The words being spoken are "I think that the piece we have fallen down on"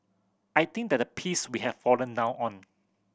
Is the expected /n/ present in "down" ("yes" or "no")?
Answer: no